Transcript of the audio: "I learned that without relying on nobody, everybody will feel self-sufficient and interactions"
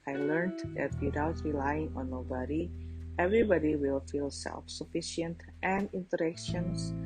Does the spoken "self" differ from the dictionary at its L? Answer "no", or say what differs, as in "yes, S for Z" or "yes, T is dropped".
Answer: no